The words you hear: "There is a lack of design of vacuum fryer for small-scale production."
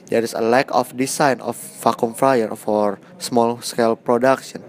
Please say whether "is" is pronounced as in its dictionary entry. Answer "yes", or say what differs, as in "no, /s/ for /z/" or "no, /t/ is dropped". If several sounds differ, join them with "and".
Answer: no, /s/ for /z/